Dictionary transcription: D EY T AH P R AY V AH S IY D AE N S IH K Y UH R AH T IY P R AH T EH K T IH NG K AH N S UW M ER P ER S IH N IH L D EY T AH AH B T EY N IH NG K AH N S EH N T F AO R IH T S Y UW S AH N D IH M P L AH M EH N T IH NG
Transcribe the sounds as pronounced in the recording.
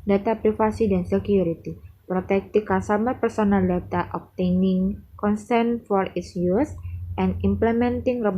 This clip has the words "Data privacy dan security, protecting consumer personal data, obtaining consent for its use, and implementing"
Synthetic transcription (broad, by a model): D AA T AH P R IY F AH S IY D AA N S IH K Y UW R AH T IY P R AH T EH K T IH K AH S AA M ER P ER S IH N IH L D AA T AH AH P T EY N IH NG K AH N S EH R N F AO R IH T S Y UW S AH N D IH M P L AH M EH N T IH NG